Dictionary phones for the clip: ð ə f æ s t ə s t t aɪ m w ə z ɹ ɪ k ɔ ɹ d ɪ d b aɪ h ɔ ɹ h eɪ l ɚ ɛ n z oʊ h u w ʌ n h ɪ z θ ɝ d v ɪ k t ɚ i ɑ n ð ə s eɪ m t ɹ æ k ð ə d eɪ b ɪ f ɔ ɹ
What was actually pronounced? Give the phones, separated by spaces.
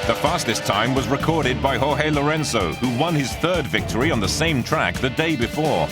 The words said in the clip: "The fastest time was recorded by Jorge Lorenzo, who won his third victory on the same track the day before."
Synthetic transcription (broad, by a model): ð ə f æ s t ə s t t aɪ m w ə z ɹ ɪ k ɔ ɹ d ɪ d b aɪ h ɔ h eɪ l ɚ ɛ n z oʊ h u w ʌ n ɪ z θ ɝ d v ɪ k t ɚ i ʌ n ð ə s eɪ m t ɹ æ k ð ə d eɪ b ɪ f ɔ ɹ